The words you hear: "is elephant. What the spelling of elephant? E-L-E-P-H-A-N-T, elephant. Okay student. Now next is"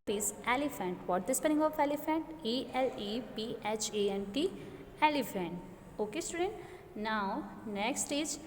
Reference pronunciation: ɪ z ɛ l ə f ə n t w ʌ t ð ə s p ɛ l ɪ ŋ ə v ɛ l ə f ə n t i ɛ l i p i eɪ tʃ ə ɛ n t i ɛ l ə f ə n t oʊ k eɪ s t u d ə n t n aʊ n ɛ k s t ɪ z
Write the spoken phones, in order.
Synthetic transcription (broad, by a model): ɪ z ɛ l ə f ə n t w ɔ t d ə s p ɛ n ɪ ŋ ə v ɛ l ə f ə n t i ɛ l i p i eɪ tʃ ə ɛ n t i ɛ l ə f ə n t oʊ k eɪ s t u d ə n t n aʊ n ɛ k s t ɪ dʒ